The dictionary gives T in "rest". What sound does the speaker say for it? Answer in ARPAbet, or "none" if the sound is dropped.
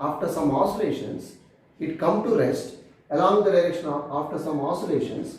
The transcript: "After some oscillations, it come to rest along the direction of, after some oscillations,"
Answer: T